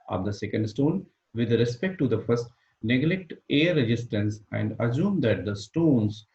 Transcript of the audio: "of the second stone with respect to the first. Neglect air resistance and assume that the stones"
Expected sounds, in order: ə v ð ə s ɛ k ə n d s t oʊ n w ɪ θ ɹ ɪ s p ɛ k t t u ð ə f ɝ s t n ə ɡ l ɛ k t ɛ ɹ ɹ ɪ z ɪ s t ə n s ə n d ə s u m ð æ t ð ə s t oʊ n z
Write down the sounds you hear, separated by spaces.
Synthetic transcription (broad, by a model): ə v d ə s ɛ k ə n d s t oʊ n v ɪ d ɹ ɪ s p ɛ k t t u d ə f ɝ s t n ə ɡ l ɛ k t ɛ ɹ ɹ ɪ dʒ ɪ s t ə n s ə n d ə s u m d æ t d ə s t oʊ n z